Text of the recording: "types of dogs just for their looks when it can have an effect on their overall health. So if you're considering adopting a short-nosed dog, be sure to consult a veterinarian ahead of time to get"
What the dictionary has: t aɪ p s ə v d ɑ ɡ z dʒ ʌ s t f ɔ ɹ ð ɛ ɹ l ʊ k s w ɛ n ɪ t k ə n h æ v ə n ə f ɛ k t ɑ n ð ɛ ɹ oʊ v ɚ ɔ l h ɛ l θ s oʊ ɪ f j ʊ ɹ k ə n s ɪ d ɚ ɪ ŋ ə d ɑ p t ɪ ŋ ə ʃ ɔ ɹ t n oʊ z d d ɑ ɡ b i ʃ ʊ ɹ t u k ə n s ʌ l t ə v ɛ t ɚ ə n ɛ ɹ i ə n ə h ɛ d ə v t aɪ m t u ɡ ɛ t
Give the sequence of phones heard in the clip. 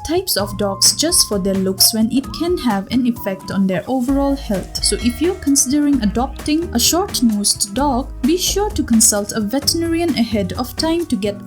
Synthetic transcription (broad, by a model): t aɪ p s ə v d ɑ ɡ s dʒ ʌ s t f ɔ ɹ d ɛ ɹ l ʊ k s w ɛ n ɪ t k ə n h æ v ə n ə f ɛ k t ɑ n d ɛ ɹ oʊ v ɚ ɔ l h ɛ l t s oʊ ɪ f j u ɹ k ə n s ɪ d ɚ ɪ ŋ ə d ɑ p t ɪ ŋ ə ʃ ɔ ɹ t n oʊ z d d ɑ ɡ b i ʃ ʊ ɹ t u k ə n s ʌ l t ə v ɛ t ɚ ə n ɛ ɹ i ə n ə h ɛ d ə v t aɪ m t u ɡ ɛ t